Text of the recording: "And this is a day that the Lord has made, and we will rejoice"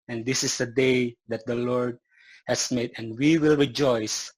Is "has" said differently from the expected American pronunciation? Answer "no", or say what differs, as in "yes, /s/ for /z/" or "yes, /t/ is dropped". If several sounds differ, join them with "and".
yes, /s/ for /z/